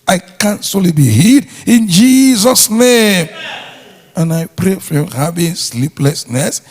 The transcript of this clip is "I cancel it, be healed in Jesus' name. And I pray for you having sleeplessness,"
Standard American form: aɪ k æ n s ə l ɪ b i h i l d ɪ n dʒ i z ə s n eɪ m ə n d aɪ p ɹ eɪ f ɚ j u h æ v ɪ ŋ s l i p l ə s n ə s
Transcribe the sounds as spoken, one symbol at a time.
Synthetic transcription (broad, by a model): aɪ k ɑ n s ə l ɪ b i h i d ɪ n dʒ i z ə s n eɪ m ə n aɪ p ɹ eɪ f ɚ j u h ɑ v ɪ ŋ s l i p l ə s n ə s